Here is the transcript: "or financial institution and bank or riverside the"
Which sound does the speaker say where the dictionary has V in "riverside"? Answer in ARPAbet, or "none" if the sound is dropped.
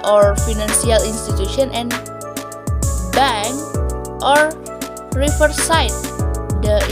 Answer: F